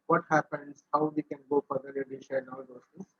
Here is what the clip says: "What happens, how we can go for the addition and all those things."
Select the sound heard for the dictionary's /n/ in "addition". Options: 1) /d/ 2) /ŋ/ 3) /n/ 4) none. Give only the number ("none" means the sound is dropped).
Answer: 4